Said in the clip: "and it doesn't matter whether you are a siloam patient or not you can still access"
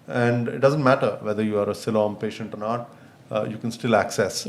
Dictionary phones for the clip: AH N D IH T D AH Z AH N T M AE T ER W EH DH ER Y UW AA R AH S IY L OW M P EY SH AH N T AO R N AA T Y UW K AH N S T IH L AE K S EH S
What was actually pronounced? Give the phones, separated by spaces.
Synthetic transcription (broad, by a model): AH N D IH T D AH Z AH N T M AE T ER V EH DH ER Y UW AA R AH S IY L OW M P EY SH AH N T AO R N AA T Y UW K AH N S T IH L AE K S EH S